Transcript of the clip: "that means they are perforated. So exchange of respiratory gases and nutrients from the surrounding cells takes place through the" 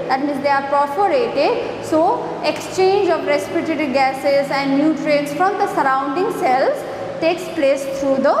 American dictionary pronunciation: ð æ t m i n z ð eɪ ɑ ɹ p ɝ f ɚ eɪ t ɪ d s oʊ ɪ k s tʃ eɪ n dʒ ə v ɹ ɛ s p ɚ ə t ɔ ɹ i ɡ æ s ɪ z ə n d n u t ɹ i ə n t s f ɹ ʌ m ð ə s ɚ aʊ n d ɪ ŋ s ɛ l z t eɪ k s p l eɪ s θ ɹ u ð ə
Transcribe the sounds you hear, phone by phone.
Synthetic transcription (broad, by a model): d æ t m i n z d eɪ ɑ ɹ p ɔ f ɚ eɪ t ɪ d s oʊ ɪ k s tʃ eɪ n dʒ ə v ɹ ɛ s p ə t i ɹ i ɡ æ s ɪ z ə n d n u t ɹ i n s f ɹ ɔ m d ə s ɚ aʊ n d ɪ ŋ s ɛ l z t eɪ k s p l eɪ s t ɹ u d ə